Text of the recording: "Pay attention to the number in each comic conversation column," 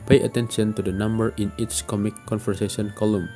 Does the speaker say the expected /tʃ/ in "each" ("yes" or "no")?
no